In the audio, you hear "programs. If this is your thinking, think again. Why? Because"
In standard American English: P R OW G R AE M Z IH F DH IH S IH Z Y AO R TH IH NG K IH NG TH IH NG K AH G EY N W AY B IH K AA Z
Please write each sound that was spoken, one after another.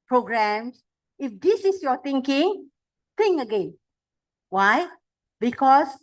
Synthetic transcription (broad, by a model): P R OW G R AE M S IH F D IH S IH S Y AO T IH NG K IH NG T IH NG AH G EY N W AY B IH K AA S